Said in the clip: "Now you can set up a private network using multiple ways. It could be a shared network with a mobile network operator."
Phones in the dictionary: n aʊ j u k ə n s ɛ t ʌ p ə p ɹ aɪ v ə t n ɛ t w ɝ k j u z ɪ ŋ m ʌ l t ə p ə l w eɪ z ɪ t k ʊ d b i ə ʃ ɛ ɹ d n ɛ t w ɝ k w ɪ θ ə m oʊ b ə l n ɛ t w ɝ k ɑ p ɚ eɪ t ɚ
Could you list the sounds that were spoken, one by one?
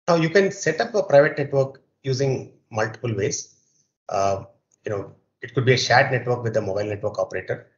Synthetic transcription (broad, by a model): n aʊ j u k ə n s ɛ t ʌ p ə p ɹ aɪ v ə t n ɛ t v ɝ k j u z ɪ ŋ m ʌ l t ə p ə l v eɪ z ɪ t k ʊ d b i ə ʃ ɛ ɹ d n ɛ t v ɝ k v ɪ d ə m oʊ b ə l n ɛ t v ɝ k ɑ p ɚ eɪ t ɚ